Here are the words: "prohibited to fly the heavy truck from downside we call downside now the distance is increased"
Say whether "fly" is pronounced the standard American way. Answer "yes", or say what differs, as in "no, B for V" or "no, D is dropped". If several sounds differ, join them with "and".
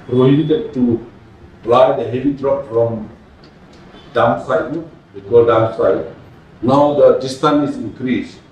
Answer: no, P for F